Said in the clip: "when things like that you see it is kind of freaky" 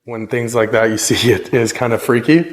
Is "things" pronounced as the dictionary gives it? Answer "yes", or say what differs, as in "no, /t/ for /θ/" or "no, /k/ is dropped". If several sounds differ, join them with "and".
yes